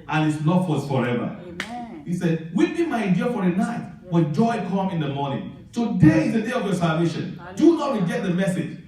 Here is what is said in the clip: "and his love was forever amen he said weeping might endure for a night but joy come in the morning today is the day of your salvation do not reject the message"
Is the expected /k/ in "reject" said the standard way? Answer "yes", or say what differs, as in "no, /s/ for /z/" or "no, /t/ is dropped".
no, /k/ is dropped